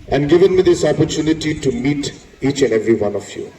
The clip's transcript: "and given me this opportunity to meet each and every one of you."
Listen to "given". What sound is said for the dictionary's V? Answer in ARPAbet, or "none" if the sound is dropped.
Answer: V